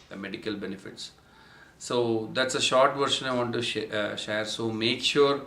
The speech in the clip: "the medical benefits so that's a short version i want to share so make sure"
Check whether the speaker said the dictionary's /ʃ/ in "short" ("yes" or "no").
yes